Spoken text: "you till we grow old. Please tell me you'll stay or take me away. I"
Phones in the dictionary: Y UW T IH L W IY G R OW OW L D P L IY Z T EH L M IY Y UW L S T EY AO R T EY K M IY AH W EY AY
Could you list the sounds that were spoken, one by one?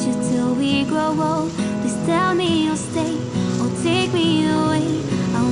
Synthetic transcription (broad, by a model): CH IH T IH L W IY G R OW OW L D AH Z T EH L M IY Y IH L S T EY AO L T EY K M IY AH W EY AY